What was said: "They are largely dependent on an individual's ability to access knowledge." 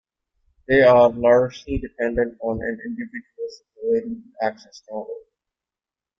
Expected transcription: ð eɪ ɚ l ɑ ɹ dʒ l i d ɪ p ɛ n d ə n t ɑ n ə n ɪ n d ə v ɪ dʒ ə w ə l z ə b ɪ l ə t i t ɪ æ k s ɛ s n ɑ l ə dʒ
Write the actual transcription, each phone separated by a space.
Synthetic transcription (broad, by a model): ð eɪ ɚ l ɑ ɹ dʒ l i d ɪ p ɛ n d ə n t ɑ n ə n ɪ n d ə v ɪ dʒ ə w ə l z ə ɪ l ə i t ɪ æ k ʃ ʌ s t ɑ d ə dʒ